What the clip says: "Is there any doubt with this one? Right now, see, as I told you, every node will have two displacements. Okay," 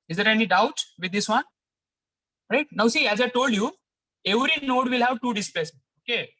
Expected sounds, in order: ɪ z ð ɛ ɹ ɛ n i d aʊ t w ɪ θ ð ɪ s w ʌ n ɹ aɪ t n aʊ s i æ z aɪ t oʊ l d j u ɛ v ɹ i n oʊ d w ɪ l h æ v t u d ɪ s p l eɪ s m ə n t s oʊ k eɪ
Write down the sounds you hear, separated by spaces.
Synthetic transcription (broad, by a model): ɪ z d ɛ ɹ ɛ n i d aʊ t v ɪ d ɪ s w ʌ n ɹ aɪ t n aʊ s i æ z aɪ t oʊ l d j u ɛ v ɹ i n oʊ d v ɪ l h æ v t u d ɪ s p eɪ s ə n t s oʊ k eɪ